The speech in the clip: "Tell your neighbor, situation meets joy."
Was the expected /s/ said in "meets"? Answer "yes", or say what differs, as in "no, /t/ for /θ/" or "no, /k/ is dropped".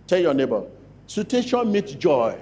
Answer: no, /s/ is dropped